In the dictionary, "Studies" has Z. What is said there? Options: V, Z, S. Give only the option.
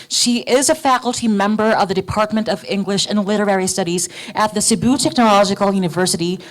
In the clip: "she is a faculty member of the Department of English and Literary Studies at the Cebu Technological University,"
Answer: Z